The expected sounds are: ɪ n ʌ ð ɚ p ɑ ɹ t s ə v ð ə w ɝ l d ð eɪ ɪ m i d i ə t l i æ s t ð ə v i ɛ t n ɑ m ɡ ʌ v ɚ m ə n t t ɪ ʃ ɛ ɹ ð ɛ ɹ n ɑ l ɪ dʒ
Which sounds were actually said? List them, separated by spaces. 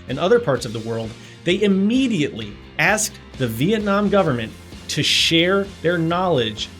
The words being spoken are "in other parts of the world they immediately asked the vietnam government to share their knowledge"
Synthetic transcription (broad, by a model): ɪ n ʌ ð ɚ p ɑ ɹ t s ə v ð ə w ɝ l d ð eɪ ɪ m i d i ə t l i æ s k ð ə v i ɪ t n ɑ m ɡ ʌ v ɚ m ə n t t ɪ ʃ ɛ ɹ ð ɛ ɹ n ɑ l ɪ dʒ